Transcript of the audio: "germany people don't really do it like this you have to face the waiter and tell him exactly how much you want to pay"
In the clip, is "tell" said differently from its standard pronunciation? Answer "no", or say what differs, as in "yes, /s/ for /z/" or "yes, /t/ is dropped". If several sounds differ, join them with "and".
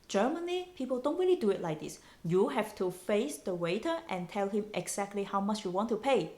no